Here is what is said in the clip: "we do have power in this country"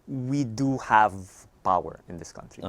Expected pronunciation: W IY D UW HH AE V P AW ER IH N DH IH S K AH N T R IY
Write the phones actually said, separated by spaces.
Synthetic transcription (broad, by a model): W IY D UW HH AE V P AW ER IH N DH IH S K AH N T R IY